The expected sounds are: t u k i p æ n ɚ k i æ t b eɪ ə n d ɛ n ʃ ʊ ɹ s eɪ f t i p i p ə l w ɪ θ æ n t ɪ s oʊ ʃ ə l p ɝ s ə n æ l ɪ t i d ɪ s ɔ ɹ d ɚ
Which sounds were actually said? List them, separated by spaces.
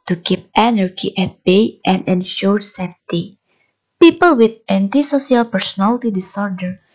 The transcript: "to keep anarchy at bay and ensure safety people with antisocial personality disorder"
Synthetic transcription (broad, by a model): t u k i p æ n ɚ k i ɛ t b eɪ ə n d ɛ n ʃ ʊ ɹ s eɪ f t i p i p ə l w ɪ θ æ n t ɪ s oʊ s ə l p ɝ s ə n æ l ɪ t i d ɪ s ɔ ɹ d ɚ